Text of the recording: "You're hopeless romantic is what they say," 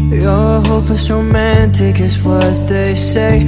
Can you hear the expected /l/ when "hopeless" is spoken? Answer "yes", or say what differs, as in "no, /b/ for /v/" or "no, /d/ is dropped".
no, /l/ is dropped